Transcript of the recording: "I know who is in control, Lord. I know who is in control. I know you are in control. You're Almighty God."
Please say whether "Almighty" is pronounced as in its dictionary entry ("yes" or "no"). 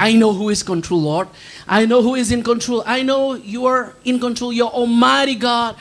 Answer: no